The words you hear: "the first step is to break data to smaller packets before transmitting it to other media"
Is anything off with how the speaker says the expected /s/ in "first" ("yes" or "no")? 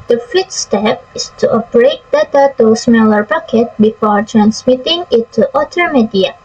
yes